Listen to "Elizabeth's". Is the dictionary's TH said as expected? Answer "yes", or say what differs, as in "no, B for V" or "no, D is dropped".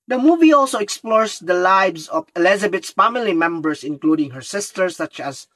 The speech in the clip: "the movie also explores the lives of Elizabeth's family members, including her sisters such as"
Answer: no, T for TH